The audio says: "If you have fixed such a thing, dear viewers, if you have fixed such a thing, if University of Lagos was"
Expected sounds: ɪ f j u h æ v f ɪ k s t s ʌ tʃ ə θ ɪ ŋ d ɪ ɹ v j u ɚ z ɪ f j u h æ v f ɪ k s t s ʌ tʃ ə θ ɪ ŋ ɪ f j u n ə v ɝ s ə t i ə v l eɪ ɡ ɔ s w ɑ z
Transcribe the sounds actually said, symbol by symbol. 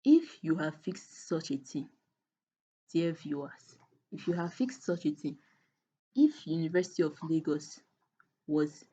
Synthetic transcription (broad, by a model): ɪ f j u h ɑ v f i k s t s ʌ tʃ ə t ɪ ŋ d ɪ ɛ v j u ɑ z ɪ f j u h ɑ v f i k s t s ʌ tʃ ə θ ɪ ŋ ɪ f j u n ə v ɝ s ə t i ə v l eɪ ɡ ɔ s w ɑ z